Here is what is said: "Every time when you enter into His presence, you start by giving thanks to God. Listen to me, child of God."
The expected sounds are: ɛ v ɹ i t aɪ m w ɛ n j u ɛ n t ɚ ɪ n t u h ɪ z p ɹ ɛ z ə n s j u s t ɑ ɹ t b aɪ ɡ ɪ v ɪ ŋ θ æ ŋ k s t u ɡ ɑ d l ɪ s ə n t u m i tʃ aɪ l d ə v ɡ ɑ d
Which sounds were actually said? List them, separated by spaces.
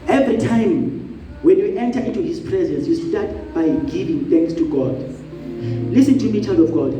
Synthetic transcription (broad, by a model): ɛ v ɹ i t aɪ m w ɛ n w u ɛ n t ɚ ɪ n t u h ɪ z p ɹ ɛ z ə n s j u s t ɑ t b aɪ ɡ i v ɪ ŋ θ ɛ ŋ k s t u ɡ ɑ d l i s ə n t u m i tʃ aɪ l d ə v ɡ ɑ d